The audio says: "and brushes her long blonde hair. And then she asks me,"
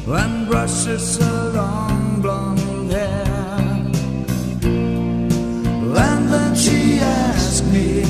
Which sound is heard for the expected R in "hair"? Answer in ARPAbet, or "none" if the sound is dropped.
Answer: L